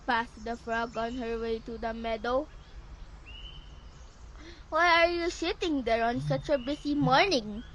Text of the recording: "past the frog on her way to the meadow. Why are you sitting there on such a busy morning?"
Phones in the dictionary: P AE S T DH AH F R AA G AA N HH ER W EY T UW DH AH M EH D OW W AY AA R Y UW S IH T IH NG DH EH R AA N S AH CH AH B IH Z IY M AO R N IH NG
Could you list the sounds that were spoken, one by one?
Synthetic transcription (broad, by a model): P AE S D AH F R AA G AA N HH ER W EY T UW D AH M EH D OW W AY AA R Y UW S IH T IH NG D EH R AA N S AH CH AH B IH S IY M AO R N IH NG